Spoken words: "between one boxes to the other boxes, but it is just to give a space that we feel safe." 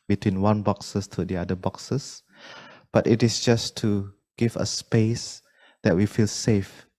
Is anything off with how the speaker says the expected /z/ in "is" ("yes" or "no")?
yes